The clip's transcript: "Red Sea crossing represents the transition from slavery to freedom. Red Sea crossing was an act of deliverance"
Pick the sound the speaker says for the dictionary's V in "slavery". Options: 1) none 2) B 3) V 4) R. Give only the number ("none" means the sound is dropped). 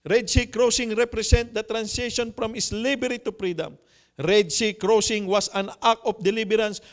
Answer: 2